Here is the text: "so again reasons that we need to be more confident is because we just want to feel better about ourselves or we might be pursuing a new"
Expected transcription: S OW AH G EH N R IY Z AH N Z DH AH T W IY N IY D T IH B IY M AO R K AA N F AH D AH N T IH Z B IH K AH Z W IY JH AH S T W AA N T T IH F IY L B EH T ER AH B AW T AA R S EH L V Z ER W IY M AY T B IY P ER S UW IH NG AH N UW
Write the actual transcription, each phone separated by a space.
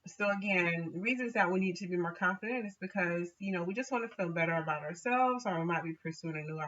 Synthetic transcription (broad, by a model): S OW AH G EH N R IY Z AH N Z DH AH T W IY N IY D T IH B IY M AO R K AA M F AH D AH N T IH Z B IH K AH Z W IY JH AH S T W AA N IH F IY L B EH T ER AH B AW T AA R S EH L V Z ER W IY M AY T B IY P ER S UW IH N AH N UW